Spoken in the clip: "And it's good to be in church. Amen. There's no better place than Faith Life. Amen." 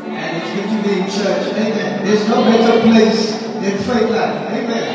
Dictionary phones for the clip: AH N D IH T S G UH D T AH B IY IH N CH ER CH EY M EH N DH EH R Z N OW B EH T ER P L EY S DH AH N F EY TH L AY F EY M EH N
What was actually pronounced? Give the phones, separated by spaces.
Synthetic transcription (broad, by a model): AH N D IH T S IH T AH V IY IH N CH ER CH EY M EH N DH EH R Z N OW B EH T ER P L EY S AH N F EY T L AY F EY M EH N